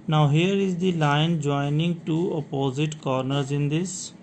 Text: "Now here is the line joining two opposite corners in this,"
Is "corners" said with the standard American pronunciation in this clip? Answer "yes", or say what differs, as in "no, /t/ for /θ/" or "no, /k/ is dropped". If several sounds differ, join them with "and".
yes